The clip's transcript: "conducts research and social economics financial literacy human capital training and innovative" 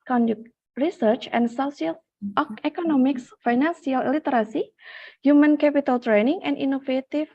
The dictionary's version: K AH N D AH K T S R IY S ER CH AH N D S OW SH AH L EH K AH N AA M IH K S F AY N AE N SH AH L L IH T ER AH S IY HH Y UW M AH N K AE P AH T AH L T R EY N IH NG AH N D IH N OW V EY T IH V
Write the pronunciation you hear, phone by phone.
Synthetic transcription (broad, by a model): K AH N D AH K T R IY S ER CH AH N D S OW S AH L EH K AH N AA M IH K S F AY N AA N S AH L L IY T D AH S IY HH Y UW M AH N K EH P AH T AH L T R EY N IH NG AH N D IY N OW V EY T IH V